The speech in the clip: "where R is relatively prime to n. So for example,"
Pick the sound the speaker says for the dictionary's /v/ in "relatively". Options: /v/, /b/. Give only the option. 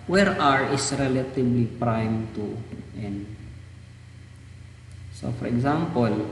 /b/